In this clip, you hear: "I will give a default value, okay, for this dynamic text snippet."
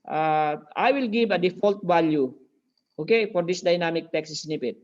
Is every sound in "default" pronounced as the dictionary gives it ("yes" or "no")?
yes